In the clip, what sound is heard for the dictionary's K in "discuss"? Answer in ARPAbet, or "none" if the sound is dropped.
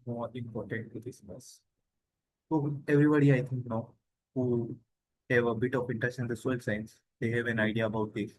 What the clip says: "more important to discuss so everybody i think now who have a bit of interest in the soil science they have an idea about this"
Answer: none